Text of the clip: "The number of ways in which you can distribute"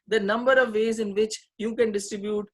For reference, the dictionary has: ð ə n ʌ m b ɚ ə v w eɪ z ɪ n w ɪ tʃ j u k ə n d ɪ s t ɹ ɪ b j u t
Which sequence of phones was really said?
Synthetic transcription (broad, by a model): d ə n ʌ m b ɚ ə v eɪ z ɪ n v ɪ tʃ j u k ə n d ɪ s t ɹ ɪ b j u t